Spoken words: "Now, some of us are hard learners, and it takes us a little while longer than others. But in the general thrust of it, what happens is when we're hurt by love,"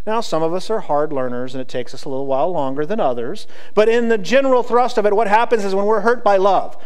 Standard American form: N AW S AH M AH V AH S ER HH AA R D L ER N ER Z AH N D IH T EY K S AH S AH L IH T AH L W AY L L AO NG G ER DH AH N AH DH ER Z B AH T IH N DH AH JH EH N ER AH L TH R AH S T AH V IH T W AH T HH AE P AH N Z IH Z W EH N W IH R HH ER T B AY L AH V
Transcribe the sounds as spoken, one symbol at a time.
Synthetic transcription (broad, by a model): N AW S AH M AH V AH S ER HH AA R D L ER N ER Z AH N IH T EY K S AH S AH L IH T L W AY L L AO NG G ER DH AH N AH DH ER Z B AH T IH N DH AH JH EH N ER L TH R AH S T AH V IH T W AH T HH AE P AH N Z IH Z W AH N W IH R HH ER T B AY L AH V